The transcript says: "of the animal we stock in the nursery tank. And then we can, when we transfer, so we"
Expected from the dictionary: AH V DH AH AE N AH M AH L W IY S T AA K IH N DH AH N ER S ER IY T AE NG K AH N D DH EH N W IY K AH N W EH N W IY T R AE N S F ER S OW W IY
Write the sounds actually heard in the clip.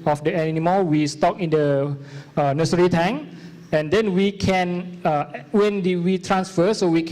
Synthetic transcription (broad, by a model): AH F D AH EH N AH M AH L W IY S T AA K IH N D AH N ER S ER IY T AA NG AH N D EH N W IY K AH N W EH N W IY T R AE N S F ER S OW W IY